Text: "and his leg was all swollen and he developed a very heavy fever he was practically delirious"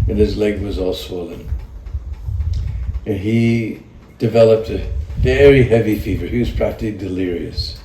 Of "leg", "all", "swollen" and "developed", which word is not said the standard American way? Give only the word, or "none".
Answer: none